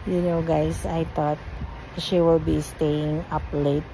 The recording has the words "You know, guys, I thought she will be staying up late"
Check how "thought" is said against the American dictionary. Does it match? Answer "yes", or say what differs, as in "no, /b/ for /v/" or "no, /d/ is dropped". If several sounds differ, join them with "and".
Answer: no, /t/ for /θ/